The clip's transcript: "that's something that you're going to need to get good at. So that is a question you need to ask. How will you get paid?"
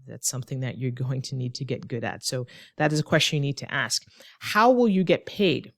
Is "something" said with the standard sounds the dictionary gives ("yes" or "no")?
yes